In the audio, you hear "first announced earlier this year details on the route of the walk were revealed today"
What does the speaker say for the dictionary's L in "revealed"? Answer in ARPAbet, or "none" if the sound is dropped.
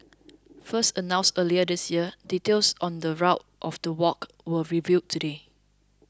none